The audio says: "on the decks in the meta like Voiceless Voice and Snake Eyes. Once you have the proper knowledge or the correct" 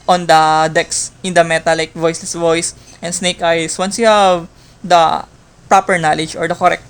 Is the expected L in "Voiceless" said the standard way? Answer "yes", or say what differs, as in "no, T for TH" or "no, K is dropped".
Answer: yes